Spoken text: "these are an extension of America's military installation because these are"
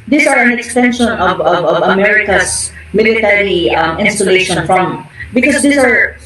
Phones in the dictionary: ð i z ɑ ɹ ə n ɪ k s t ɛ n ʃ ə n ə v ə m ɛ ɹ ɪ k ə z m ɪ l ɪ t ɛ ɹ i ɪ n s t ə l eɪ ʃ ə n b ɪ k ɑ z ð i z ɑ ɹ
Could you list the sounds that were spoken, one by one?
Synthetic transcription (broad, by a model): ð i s ɑ ɹ ə n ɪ k s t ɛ n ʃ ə n ə v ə m ɛ ɹ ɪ k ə s m ɪ l ɪ t ɛ ɹ i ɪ n s t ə l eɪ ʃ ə n b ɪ k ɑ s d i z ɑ ɹ